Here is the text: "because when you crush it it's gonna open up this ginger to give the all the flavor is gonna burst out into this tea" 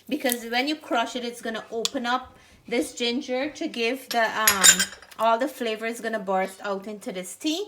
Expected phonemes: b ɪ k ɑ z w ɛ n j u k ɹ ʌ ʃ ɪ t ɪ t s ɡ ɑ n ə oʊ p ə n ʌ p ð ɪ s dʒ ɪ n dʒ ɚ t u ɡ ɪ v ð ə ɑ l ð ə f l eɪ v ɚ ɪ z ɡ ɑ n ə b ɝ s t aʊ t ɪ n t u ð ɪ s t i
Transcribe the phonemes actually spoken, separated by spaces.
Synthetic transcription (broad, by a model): b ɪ k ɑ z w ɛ n j u k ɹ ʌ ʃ ɪ t ɪ t s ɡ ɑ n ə oʊ p ə n ʌ p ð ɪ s dʒ ɪ n dʒ ɚ t u ɡ ɪ v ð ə ɑ l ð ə f l eɪ v ɚ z ɡ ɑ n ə b ɝ s t aʊ t ɪ n t u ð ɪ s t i